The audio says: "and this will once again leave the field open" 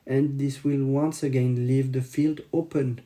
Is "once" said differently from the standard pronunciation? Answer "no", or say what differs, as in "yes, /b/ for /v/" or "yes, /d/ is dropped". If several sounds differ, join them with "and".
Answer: no